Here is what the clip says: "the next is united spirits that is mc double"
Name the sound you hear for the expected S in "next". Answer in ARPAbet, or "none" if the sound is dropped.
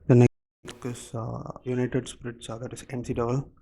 none